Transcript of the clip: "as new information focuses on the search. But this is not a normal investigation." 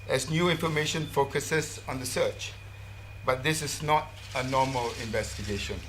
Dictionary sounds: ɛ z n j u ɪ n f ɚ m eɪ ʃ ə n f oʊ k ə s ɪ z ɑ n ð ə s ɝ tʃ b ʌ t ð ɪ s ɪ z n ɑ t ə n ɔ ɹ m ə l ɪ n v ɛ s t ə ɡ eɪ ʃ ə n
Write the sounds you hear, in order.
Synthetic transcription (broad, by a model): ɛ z n j u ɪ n f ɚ m eɪ ʃ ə n f oʊ k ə s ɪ s ɑ n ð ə s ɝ tʃ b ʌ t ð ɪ s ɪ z n ɑ t ə n ɔ m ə l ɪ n v ɛ s t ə ɡ eɪ ʃ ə n